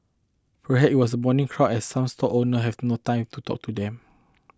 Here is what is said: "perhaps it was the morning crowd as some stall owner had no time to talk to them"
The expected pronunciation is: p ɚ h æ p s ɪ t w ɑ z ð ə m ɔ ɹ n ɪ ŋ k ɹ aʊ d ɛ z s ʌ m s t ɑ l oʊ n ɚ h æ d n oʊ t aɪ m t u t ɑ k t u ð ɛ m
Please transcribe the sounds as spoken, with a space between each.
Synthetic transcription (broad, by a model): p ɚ h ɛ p ɪ t w ɑ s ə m ɔ n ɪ ŋ k ɹ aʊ ɛ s s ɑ m s t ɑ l oʊ n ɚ h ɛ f n oʊ t aɪ m t u t ɑ k t u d ɛ m